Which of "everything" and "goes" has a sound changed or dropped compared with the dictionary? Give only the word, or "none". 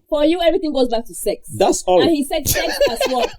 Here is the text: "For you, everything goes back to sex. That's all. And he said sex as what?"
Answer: none